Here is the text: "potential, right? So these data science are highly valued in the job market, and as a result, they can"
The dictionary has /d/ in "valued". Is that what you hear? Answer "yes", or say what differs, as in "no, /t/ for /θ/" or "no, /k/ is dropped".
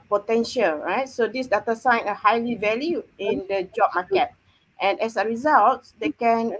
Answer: no, /d/ is dropped